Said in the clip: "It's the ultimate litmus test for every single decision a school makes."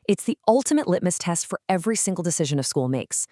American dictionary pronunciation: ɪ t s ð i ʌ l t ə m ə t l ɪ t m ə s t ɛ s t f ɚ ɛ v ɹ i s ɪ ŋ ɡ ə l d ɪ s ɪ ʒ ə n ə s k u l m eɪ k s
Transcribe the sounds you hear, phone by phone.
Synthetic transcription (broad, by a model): ɪ t s ð i ʌ l t ə m ə t l ɪ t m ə s t ɛ s t f ɚ ɛ v ɹ i s ɪ ŋ ɡ l d ɪ s ɪ ʒ ə n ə s k u l m eɪ k s